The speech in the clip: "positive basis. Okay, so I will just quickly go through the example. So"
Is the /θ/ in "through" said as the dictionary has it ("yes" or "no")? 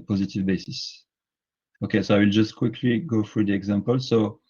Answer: no